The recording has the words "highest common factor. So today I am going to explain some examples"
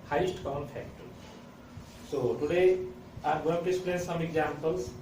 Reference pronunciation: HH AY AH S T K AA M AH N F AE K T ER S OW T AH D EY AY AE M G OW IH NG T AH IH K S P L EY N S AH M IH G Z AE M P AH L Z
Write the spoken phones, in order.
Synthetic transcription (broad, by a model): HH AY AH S T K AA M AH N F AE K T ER S OW T AH D EY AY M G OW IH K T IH S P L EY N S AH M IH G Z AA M P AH L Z